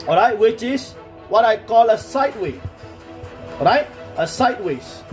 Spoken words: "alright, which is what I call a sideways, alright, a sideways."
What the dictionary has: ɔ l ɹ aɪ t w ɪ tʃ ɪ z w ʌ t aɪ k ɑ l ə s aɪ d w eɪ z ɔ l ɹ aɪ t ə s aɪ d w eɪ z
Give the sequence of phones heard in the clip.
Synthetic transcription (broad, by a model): ɔ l ɹ aɪ t w ɪ tʃ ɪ s w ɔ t aɪ k ɑ l ə s aɪ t w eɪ ɔ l ɹ aɪ t ə s aɪ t w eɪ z